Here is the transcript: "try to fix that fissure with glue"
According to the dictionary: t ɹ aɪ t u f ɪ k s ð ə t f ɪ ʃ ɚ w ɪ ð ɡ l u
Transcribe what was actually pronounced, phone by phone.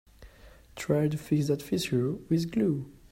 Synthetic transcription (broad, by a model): t ɹ aɪ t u f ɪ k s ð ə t f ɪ s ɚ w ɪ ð ɡ l u